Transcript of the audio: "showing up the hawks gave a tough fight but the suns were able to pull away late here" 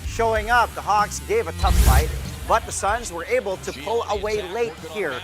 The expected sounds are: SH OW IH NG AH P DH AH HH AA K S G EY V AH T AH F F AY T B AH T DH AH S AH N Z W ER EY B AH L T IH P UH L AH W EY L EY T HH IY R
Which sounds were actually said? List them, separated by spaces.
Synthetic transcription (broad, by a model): SH OW IH NG AH P DH AH HH AA K S G EY V AH T AH F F AY T B AH T DH AH S AH N Z W ER EY B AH L T IH P UH L AH W EY L EY T HH IY R